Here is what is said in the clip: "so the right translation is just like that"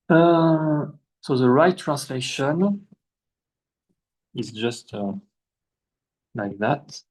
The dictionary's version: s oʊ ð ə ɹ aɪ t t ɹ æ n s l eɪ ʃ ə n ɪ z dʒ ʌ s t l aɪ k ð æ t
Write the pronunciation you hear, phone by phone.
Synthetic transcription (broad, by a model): s oʊ ð ə ɹ aɪ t t ɹ æ n s l eɪ ʃ ə n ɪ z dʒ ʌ s t l aɪ k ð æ t